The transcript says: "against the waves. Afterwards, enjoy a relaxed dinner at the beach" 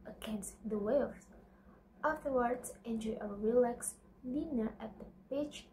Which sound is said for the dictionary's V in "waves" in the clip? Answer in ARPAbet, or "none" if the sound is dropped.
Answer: none